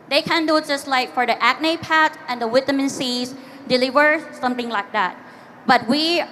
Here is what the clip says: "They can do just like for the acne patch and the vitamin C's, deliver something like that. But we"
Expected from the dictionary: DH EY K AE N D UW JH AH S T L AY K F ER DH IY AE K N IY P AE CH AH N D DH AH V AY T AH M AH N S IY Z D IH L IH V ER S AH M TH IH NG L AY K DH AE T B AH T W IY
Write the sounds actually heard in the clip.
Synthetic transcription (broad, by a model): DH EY K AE N D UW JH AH S T L AY K F ER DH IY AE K N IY P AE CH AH N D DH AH W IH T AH M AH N S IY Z D IH L IH V ER S AH M TH IH NG L AY K DH AE T B AH T W IY